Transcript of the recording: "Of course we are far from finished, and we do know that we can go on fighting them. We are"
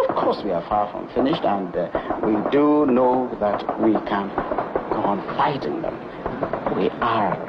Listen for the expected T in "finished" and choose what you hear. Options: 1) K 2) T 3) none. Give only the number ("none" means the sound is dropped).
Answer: 2